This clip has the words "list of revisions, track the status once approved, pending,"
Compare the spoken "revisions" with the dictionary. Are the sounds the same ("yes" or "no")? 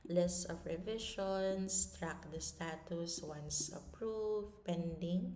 no